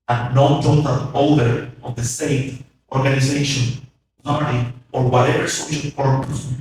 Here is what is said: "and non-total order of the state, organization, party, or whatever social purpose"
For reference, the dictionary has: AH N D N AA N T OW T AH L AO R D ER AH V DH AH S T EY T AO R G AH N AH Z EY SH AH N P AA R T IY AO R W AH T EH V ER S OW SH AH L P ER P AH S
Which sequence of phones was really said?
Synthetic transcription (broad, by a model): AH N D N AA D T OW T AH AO L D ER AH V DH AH S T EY T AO R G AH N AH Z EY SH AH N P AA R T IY AO R W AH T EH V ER S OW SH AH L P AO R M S